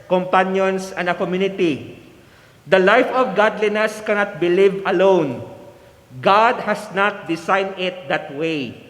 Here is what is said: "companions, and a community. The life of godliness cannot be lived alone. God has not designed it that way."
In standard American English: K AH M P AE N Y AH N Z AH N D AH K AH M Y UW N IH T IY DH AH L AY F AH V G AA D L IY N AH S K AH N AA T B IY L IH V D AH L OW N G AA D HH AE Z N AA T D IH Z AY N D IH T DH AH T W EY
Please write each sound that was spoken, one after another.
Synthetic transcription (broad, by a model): K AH M P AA N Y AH N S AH N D AH K AH M Y UW N IH T IY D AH L AY F AH V G AA D L IY N AH S K AH N AA T B IY L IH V AH L OW N G AA D HH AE S N AA T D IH S AY N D IH T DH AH T W EY